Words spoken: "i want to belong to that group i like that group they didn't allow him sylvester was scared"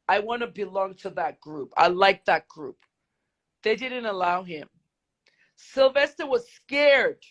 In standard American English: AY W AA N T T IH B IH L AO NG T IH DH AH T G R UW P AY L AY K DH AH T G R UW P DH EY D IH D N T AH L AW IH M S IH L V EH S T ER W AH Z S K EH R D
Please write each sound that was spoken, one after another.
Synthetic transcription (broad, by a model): AY W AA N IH B IH L AO NG T IH DH AH T G R UW P AY L AY K DH AH T G R UW P DH EY D IH D N T AH L AW IH M S IH L V EH S T ER W AH Z S K EH R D